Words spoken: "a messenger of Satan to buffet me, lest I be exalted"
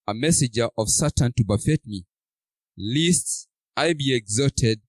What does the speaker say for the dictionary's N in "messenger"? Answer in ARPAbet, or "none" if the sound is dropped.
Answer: none